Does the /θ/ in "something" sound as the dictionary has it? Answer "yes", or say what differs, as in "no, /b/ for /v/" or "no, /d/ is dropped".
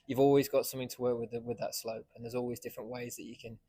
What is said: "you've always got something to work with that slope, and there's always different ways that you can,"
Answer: yes